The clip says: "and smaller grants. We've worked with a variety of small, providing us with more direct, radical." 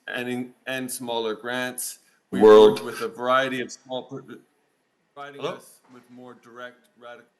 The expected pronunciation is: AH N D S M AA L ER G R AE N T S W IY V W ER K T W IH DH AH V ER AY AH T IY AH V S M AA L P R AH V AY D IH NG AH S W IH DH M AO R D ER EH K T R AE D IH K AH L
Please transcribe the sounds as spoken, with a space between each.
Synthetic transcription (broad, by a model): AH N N S M AA L ER G R AE N T S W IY W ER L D W IH DH AH V ER AY AH T IY AH V S M AA L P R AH IH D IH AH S W IH DH M AO R D ER EH K T R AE D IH K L